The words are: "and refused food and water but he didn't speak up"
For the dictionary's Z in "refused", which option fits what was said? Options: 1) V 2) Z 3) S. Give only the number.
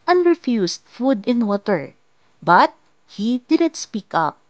3